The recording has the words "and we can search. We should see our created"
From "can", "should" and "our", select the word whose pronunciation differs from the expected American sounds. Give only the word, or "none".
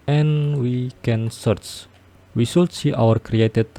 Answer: should